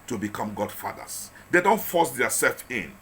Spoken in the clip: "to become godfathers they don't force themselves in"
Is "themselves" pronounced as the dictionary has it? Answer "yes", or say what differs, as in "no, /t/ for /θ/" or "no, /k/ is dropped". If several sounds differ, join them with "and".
no, /m/ is dropped